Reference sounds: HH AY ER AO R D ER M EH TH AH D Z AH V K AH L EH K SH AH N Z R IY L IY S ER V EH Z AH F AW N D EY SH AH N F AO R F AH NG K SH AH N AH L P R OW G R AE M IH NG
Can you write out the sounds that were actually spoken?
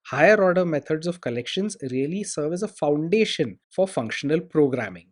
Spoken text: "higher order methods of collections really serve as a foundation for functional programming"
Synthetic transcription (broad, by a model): HH AY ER AO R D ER M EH T AH D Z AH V K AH L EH K SH AH N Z R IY L IY S ER V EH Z AH F AW N D EY SH AH N F AO R F AH NG K SH AH N AH L P R OW G R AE M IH NG